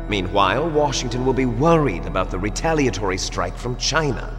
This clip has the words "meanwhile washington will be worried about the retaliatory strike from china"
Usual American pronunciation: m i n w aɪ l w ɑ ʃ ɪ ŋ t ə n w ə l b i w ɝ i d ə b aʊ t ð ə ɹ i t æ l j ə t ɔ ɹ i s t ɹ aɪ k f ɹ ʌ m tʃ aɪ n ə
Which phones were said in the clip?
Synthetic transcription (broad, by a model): m i n w aɪ l w ɑ ʃ ɪ ŋ t ə n w ə l b i w ɝ i d ə b aʊ t ð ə ɹ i t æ l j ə t ɔ ɹ i s t ɹ aɪ k f ɹ ʌ m tʃ aɪ n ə